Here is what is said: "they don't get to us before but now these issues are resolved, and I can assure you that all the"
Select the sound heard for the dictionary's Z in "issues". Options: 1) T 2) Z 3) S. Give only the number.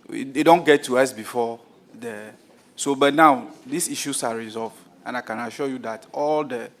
3